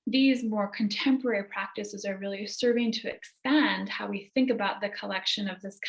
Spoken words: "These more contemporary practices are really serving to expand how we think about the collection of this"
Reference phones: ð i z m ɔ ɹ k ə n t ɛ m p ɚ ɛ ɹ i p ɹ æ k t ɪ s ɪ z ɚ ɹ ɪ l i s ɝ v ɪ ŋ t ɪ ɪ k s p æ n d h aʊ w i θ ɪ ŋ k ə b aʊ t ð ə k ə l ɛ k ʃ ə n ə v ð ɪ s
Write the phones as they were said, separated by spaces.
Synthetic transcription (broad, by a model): ð i z m ɔ ɹ k ə n t ɛ m p ɚ ɛ ɹ i p ɹ æ k t ɪ s ɪ z ɚ ɹ ɪ l i s ɝ v ɪ ŋ t ɪ ɪ k s p æ n d h aʊ w i θ ɪ ŋ k ə b aʊ t ð ə k ə l ɛ k ʃ ə n ə v ð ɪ s